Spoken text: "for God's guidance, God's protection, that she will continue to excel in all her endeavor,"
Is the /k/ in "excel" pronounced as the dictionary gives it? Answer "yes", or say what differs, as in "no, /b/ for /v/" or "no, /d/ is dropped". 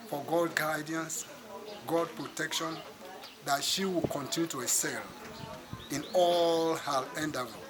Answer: no, /k/ is dropped